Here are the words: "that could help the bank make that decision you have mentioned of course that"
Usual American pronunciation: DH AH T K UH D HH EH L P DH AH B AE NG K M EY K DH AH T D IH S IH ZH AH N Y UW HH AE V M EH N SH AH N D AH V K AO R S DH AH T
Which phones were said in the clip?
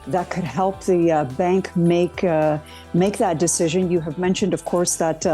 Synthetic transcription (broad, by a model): DH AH T K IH D HH EH L P DH AH B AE NG K M EY K DH AH T D IH S IH ZH AH N Y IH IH V M EH N SH AH N D AH V K AO R S DH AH T